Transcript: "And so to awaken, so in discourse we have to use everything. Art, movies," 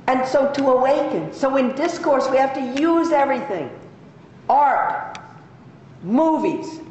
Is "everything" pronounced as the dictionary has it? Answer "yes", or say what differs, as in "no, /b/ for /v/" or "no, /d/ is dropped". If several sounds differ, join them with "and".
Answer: yes